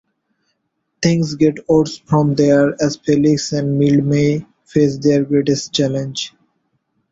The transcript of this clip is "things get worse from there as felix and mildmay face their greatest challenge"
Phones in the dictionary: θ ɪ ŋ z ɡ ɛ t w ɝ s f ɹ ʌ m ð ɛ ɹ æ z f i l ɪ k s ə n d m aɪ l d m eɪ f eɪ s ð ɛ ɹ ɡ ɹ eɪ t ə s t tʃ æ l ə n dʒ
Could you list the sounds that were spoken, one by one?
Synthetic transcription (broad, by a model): t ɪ ŋ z ɡ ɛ t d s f ɹ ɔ m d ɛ ɹ æ z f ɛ l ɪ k s ə n d m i l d m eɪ f eɪ s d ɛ ɹ ɡ ɹ eɪ t ə s t tʃ æ l ə n dʒ